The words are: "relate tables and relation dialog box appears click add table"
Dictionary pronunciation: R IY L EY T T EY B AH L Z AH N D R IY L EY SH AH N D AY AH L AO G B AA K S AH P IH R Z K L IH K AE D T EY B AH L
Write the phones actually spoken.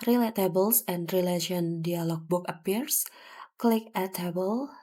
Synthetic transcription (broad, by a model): R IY L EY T T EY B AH L S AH N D R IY L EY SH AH N D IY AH L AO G B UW K AH P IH R S K L IH K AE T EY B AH L